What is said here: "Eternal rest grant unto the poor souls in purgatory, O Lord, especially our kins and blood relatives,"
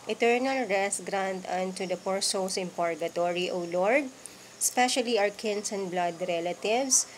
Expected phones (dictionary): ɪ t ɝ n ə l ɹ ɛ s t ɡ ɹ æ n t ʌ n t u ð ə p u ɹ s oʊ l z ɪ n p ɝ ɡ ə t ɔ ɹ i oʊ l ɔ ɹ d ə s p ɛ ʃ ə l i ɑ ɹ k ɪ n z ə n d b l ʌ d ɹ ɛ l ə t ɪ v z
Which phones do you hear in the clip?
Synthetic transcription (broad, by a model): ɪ t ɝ n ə l ɹ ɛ s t ɡ ɹ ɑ n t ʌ n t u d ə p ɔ ɹ s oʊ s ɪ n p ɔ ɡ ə t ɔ ɹ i oʊ l ɔ ɹ d s p ɛ ʃ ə l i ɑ w k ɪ n s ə n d b l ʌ d ɹ ɛ l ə t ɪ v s